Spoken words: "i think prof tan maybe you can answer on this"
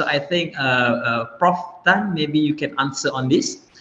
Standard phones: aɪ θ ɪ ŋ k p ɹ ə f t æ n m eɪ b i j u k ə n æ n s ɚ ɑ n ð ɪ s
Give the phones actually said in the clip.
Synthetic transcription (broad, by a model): aɪ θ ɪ ŋ k p ɹ ə f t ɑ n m eɪ b i j u k ə n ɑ n s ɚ ɑ n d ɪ s